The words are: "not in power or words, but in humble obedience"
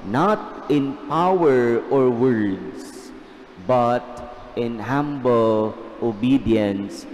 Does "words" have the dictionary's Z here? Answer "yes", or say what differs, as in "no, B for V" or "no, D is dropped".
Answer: no, S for Z